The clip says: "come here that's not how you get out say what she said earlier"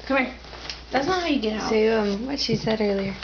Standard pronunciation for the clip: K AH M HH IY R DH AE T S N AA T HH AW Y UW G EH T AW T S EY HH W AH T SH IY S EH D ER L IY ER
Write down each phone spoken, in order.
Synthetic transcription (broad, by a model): K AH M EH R DH AE T S N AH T HH AW Y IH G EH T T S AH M W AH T SH IY S EH D ER L IY ER